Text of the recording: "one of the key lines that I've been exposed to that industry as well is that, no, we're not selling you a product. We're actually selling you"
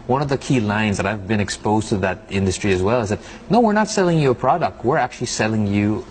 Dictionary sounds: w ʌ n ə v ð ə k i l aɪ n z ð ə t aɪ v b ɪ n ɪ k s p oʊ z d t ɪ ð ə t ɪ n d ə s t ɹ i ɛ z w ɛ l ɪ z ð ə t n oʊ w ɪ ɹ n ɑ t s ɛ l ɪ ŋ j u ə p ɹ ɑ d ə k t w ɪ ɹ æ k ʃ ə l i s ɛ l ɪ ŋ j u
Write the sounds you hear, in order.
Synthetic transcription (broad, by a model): w ʌ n ə v ð ə k i l aɪ n z ð ə t aɪ v b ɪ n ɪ k s p oʊ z t ɪ ð ə t ɪ n d ə s t ɹ i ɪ z w ɛ l ɪ z ð ə t n oʊ w ɪ ɹ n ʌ t s ɛ l ɪ ŋ j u ə p ɹ ɑ d ə k t w ɪ ɹ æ k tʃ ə l i s ɛ l ɪ ŋ j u